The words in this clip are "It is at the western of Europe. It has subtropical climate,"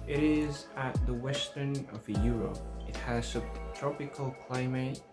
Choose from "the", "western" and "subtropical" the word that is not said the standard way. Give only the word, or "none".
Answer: subtropical